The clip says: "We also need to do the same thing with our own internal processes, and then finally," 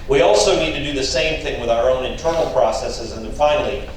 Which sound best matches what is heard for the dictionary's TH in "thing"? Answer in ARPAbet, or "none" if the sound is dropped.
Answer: TH